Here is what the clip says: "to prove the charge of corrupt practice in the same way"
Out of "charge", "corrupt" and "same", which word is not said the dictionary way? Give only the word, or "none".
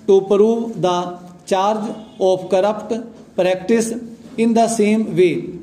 none